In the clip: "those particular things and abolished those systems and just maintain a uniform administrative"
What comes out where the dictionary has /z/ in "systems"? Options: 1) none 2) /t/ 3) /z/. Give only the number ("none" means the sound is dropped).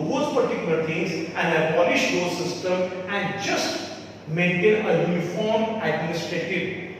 1